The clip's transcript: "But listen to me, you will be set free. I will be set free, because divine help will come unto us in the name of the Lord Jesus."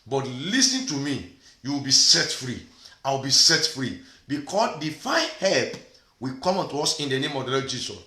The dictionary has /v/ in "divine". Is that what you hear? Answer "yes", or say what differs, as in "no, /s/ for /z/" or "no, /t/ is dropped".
no, /f/ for /v/